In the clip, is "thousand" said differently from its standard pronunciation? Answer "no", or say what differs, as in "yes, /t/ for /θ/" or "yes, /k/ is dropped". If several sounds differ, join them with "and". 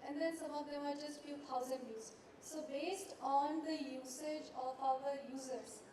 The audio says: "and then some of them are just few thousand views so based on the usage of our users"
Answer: yes, /t/ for /θ/